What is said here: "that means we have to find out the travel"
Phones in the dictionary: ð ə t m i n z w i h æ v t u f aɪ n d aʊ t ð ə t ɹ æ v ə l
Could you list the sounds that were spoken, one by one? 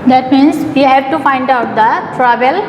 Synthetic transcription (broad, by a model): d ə t m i n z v i h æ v t u f aɪ n d aʊ t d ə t ɹ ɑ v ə l